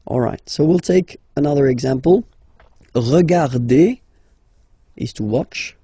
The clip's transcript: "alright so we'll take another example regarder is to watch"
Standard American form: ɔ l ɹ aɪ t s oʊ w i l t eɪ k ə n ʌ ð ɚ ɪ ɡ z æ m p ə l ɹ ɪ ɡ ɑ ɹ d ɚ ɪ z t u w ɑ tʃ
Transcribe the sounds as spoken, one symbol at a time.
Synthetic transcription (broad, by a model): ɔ l ɹ aɪ t s oʊ w i l t eɪ k ə n ʌ ð ɚ ɪ ɡ z æ m p ə l ɹ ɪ ɡ ɑ ɹ d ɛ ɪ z t u w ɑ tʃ